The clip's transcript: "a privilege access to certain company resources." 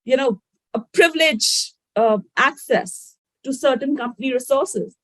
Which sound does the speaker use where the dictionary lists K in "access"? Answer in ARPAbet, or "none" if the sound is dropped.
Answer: K